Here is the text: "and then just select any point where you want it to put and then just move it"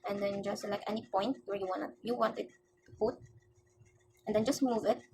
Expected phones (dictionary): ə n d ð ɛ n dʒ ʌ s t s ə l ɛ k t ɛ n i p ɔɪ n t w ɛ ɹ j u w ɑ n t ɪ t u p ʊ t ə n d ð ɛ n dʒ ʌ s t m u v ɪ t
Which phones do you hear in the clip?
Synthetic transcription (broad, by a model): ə n d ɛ n dʒ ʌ s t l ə ɪ k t ɛ n i p ɔɪ n t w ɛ w j u w ɑ n t ɪ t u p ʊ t ə n d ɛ n dʒ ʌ s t m u v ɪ t